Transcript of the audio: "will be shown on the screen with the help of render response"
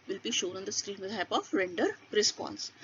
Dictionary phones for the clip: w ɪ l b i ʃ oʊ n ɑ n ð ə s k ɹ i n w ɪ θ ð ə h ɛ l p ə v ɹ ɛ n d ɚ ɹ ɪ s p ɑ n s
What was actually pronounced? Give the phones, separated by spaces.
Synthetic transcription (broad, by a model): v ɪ l b i ʃ oʊ n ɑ n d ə s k ɹ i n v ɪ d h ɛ p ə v ɹ ɛ n d ɚ ɹ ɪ s p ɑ n s